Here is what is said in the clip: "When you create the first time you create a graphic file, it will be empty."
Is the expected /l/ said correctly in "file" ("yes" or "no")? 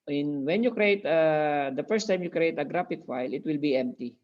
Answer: yes